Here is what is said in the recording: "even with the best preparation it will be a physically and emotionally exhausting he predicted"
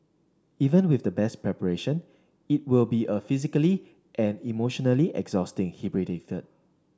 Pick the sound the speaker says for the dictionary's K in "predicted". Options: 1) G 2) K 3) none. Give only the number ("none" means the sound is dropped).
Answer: 3